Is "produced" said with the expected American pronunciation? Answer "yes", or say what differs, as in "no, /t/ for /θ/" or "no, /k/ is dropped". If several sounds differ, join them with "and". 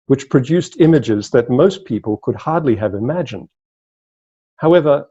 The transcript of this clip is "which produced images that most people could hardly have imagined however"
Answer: yes